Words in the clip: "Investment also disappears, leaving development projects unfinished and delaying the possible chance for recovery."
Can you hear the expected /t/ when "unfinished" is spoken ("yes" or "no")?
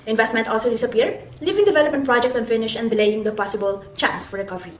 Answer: no